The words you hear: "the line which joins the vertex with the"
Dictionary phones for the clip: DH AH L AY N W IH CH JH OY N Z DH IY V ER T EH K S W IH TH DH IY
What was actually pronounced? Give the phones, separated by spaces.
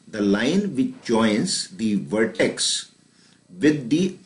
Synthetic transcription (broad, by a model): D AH L AY N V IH CH JH OY N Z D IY V ER T EH K S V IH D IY